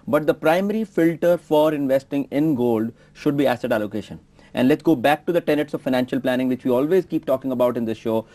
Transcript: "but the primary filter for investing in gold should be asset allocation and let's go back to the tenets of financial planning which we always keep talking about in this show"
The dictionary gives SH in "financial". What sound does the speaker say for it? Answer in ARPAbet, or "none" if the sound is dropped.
SH